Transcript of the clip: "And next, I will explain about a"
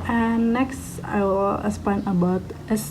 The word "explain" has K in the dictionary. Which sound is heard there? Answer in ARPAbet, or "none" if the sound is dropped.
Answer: none